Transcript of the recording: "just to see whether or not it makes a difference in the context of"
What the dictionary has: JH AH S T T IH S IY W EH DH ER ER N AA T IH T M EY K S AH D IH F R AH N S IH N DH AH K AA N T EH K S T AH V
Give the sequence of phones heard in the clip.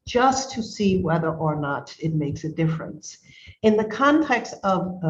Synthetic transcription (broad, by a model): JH AH S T T IH S IY W EH DH ER ER N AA T IH T M EY K S AH D IH F R AH N S IH N DH AH K AA N T EH K S T AH V